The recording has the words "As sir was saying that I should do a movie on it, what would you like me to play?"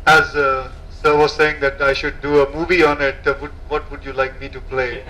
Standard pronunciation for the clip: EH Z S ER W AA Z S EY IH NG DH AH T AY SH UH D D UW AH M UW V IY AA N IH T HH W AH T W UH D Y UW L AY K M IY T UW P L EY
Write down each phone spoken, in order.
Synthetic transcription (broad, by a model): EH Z S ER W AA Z S EY IH NG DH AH T AY SH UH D D UW AH M UW V IY AA N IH T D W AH T W UH D Y UW L AY K M IY T UW P L EY